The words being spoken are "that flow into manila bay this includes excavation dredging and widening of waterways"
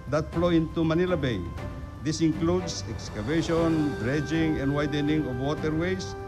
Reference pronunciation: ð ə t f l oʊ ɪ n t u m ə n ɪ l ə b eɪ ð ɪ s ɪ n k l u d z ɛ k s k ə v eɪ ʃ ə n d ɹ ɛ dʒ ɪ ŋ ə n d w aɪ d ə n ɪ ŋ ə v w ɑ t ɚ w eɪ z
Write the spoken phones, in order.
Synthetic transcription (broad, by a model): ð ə t f l oʊ ɪ n t u m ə n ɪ l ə b eɪ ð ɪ s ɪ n k l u d s ɛ k s k ə v eɪ ʃ ə n d ɹ ɛ dʒ ɪ ŋ ə n d w aɪ d ə n ɪ ŋ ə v w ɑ t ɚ w eɪ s